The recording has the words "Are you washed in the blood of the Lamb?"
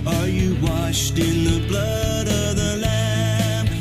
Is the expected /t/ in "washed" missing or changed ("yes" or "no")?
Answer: no